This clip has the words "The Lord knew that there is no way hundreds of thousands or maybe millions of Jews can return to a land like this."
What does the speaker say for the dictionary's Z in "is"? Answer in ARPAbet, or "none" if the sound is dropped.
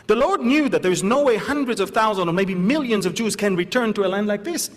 Z